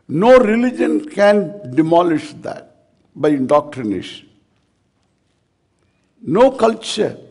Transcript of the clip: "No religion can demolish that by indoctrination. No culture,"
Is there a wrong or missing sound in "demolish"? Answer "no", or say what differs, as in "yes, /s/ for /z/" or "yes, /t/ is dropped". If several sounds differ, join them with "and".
no